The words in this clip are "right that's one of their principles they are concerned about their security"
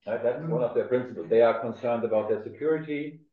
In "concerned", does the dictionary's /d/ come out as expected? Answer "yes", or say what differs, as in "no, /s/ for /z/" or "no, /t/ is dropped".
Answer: yes